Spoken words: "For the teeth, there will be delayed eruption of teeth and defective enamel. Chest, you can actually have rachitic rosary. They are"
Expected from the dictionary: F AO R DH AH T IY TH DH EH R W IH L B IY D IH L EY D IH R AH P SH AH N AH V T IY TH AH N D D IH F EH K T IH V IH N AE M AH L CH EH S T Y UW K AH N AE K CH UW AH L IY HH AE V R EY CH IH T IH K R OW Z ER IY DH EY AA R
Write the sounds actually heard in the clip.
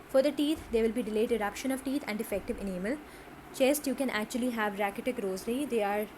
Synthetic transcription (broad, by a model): F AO R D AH T IY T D EH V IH L B IY D IH L EY D IH R AH P SH AH N AH V T IY T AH N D D IH F EH K T IH V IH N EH M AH L CH EH S T Y UW K AH N AE K CH UW AH L IY HH AE V R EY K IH T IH K R OW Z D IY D EY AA R